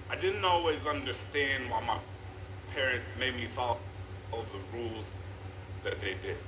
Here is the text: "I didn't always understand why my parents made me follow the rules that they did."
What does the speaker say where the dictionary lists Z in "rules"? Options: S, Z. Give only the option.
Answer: Z